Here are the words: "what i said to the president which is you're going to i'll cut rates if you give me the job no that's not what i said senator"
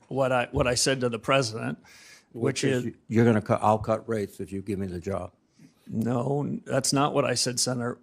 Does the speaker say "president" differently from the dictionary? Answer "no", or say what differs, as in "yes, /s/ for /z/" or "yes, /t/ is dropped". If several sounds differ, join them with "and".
no